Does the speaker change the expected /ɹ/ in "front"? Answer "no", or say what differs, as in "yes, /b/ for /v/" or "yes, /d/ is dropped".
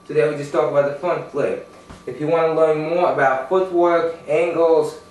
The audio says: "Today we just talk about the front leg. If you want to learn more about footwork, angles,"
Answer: yes, /ɹ/ is dropped